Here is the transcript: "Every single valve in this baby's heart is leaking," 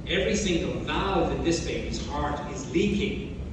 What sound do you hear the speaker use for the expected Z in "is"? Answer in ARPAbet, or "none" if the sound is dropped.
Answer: Z